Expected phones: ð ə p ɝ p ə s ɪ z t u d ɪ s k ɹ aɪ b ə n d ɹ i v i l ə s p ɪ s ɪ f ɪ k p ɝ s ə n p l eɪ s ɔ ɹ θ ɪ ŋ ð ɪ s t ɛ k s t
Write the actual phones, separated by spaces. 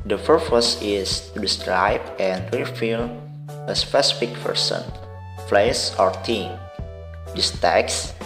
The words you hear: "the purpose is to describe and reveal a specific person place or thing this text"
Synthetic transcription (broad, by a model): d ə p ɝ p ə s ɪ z t u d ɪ s k ɹ aɪ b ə n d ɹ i f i l ə s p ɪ s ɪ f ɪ k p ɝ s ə n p l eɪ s ɔ ɹ t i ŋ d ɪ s t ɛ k s